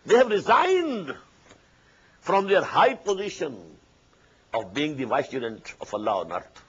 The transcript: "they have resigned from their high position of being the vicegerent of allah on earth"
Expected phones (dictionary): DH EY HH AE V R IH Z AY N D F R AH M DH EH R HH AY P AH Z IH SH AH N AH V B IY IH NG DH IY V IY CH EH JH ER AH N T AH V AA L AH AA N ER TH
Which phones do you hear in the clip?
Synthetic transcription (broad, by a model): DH EY HH AE V R IH Z AY N D F R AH M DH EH R HH AY P AH Z IH SH AH N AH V B IY IH NG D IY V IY S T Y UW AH N T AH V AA L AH AA N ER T